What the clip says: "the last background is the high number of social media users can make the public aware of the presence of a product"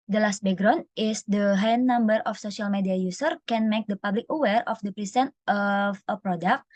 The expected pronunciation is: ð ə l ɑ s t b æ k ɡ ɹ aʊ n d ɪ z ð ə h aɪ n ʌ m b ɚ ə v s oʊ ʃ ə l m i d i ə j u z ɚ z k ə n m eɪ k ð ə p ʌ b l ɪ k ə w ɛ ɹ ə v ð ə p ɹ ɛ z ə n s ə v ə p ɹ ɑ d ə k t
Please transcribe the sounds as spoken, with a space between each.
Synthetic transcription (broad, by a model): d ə l ɑ s t b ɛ ɡ ɹ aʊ n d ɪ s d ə h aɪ n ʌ m b ɚ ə f s oʊ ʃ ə l m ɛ d i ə j u s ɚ k ə n m eɪ k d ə p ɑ b l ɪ k ə w ɛ ɹ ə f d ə p ɹ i s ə n ə f ə p ɹ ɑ d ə k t